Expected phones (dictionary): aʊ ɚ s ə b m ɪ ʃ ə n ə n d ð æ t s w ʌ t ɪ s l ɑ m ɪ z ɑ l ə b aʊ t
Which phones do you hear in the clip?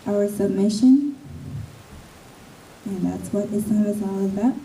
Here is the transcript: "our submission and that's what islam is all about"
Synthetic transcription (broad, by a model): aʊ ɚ s ə b m ɪ ʃ ə n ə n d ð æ t s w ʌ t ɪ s ɑ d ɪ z ɑ l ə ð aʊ t